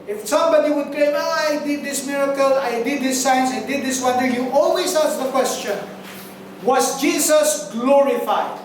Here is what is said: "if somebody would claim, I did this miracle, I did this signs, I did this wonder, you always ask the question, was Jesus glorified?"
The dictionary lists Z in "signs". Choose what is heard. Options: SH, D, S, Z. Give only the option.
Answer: S